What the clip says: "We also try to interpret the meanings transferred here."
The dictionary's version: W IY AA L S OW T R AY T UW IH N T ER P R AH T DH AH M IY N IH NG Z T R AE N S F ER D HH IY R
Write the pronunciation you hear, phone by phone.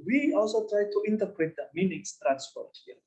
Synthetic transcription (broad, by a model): W IY AA L S OW T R AY T UW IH N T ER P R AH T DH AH M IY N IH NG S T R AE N S P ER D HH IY